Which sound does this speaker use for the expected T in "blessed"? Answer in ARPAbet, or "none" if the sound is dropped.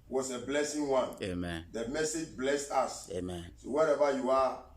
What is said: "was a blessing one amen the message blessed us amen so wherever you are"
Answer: T